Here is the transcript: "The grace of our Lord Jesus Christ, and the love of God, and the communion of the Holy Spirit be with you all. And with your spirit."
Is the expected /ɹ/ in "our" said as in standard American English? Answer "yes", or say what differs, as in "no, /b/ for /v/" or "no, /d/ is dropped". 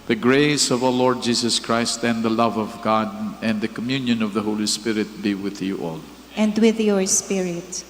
no, /w/ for /ɹ/